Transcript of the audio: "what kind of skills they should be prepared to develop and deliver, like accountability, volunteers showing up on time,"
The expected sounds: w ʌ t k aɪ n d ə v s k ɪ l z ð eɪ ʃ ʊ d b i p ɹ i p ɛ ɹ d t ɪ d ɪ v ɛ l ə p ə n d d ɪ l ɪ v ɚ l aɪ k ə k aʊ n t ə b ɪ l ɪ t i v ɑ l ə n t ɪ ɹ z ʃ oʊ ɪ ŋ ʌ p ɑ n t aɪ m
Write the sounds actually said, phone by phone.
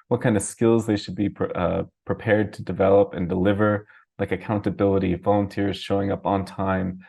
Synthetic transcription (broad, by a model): w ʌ t k aɪ n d ə v s k ɪ l z ð eɪ ʃ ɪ d b i p ɹ i p ɛ ɹ d t ɪ d ɪ v ɛ l ə p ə n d d ɪ l ɪ v ɚ l aɪ k ə k aʊ n t ə b ɪ l ɪ t i v ɑ l ə n t ɪ ɹ z ʃ oʊ ɪ ŋ ʌ p n t aɪ m